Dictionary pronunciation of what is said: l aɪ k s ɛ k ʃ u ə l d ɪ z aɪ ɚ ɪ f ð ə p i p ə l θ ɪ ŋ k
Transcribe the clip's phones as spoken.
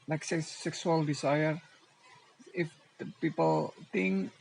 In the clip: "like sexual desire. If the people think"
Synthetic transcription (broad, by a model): l aɪ k s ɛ k s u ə l d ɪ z aɪ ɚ ɪ f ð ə p i p ə l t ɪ ŋ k